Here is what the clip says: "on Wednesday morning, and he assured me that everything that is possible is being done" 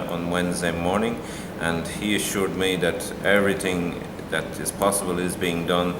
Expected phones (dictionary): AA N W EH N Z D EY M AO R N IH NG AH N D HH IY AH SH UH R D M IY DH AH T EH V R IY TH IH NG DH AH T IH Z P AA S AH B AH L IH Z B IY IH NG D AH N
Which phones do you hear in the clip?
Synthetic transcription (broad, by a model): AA N W EH N Z D EY M AO R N IH NG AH N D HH IY AH SH UH R D M IY DH AH T EH V R IY TH IH NG DH AH T IH Z P AA S AH B AH L IH Z B IY IH NG D AH N